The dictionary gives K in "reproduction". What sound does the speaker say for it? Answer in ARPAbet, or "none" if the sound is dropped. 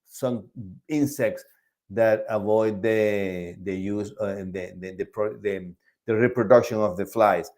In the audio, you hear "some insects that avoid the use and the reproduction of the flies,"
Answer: K